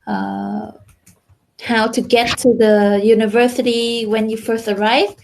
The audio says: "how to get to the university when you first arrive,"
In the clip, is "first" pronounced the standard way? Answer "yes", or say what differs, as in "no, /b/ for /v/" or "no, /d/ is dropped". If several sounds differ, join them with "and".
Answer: yes